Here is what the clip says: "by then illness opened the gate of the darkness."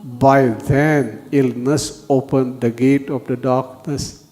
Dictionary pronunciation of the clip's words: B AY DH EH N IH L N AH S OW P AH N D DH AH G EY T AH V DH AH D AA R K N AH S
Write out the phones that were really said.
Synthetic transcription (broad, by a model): B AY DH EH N IH L N AH S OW P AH N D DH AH G EY T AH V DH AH D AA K N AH S